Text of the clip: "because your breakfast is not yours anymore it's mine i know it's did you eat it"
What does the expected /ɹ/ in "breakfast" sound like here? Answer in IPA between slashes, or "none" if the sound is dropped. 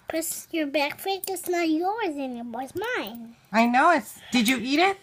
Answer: none